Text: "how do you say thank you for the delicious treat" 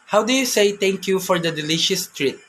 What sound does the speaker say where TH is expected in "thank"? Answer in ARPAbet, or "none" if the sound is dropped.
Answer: T